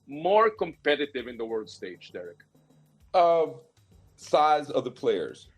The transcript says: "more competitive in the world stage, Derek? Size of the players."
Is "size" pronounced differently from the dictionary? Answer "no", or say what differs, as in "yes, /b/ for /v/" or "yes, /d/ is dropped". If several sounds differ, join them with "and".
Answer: no